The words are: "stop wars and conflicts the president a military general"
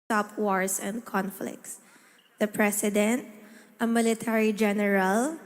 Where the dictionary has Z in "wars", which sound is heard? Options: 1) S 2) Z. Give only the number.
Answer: 1